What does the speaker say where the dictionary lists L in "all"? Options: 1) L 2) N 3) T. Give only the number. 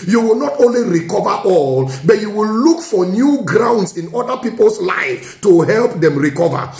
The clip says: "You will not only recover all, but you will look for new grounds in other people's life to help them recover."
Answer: 1